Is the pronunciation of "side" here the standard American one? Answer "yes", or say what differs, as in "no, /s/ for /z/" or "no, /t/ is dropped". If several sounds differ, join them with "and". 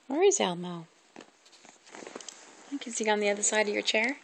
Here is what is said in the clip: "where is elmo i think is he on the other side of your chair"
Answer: yes